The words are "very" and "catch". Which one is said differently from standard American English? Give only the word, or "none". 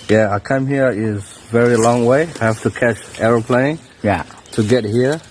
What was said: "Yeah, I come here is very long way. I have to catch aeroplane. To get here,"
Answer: none